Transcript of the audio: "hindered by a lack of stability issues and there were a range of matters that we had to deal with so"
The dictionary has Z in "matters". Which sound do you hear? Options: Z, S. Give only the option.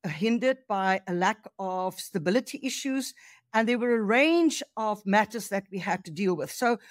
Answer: Z